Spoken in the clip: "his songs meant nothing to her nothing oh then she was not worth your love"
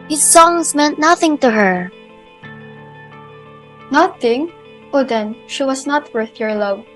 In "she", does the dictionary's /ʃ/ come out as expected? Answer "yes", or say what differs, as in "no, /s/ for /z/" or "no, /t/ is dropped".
yes